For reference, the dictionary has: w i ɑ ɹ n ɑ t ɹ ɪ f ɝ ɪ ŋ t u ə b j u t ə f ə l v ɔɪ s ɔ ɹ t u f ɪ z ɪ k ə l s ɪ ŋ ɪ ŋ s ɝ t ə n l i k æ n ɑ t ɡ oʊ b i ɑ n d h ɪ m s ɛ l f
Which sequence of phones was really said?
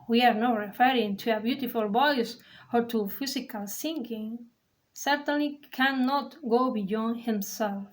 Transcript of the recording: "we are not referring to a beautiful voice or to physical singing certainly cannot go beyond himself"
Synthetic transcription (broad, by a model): w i ɑ ɹ n ɑ t ɹ ɪ f ɝ ɪ ŋ t u ə b j u t ə f ə l b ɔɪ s ɔ ɹ t u f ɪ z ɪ k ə l s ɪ ŋ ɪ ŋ s ɝ t ə n l i k æ n ɑ t ɡ oʊ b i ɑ n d h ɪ m s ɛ l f